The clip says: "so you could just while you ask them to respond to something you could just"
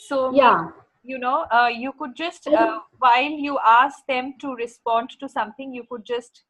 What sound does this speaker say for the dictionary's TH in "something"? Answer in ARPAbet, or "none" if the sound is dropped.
T